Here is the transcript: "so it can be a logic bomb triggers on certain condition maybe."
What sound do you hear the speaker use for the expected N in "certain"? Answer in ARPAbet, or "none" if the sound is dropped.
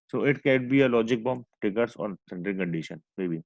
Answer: L